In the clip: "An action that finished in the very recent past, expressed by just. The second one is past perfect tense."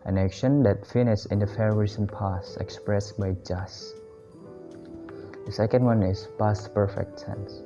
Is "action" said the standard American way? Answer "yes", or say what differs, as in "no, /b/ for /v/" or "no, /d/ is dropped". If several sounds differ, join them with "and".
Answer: yes